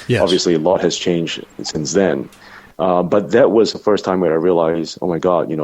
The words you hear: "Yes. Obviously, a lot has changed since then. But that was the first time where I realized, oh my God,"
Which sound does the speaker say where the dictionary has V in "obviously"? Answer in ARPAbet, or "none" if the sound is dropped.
V